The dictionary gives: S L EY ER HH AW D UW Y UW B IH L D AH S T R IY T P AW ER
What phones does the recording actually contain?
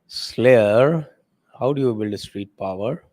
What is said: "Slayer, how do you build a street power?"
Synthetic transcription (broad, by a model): S L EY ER HH AW D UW Y UW B IH L D AH S T R IY T P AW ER